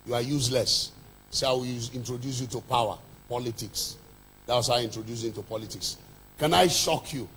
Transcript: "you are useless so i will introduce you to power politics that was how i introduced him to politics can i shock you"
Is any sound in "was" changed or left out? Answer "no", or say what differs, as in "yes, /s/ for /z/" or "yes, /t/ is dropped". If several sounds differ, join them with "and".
yes, /s/ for /z/